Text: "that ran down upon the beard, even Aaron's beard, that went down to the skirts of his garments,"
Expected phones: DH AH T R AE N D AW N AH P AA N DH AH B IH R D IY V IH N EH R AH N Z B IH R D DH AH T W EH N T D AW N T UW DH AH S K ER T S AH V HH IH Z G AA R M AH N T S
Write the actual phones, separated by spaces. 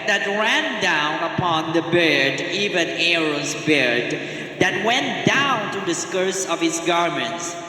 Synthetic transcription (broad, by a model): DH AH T R AE N D AW N AH P AA N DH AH B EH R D IY V IH N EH R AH Z B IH R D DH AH T W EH N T D AW N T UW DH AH S K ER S AH V HH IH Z G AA R M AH N T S